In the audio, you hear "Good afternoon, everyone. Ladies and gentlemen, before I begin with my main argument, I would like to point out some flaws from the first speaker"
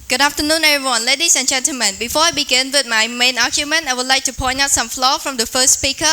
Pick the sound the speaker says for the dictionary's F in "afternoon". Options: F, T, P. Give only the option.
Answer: P